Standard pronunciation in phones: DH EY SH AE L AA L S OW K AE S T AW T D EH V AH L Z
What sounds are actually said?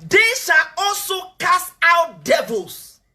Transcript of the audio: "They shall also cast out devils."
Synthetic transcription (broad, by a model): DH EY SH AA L AA L S OW K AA S AW T D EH V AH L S